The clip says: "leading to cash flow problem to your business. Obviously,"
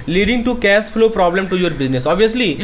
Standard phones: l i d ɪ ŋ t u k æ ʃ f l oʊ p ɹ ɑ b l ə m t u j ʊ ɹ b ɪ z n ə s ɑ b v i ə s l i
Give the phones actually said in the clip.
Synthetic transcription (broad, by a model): l i d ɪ ŋ t u k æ s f l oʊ p ɹ ɑ b l ə m t u j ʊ ɹ b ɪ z n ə s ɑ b v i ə s l i